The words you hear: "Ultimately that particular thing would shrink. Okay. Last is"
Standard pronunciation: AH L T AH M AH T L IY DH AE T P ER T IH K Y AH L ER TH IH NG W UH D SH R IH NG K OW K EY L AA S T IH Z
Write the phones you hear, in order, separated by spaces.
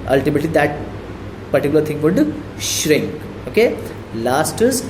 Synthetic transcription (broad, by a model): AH L T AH M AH T L IY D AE T P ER T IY K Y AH L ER T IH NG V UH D SH R IH NG K OW K EY L AA S T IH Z